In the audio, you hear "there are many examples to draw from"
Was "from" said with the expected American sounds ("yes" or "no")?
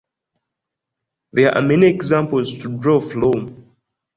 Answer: no